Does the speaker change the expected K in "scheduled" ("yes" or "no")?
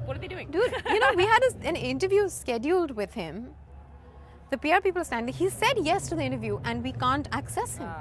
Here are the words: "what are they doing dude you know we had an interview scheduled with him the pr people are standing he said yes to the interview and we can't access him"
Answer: no